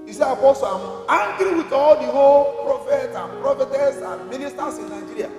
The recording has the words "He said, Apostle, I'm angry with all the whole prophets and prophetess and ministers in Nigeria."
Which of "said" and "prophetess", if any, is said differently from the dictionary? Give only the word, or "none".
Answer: said